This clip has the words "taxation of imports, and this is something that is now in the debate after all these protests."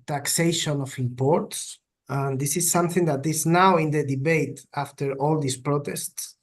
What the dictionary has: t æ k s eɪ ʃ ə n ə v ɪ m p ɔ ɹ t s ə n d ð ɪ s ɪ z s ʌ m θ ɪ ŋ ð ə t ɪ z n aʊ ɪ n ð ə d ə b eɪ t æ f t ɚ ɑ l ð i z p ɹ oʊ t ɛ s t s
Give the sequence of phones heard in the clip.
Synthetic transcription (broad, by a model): t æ k s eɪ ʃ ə n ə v ɪ m p ɔ ɹ t s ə n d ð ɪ s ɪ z s ʌ m θ ɪ ŋ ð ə t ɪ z n aʊ ɪ n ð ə d ə b eɪ t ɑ f t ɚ ɑ l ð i s p ɹ oʊ t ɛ s t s